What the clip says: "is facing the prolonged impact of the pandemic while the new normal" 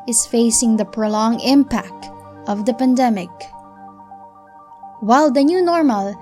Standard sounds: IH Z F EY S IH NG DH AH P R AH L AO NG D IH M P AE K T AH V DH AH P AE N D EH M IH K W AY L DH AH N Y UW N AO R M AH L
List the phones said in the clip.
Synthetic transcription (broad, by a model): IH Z F EY S IH NG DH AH P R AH L AO NG IH M P AE K T AH V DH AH P AE N D EH M IH K W AY L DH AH N Y UW N AO R M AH L